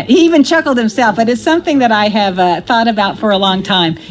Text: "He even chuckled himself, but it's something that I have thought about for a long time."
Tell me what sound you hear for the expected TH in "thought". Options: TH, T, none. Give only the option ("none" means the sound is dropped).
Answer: TH